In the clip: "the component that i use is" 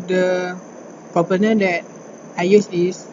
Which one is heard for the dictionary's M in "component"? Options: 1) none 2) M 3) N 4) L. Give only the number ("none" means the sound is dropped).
1